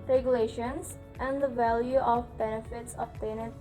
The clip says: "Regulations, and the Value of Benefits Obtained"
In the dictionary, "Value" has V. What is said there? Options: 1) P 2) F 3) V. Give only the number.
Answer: 3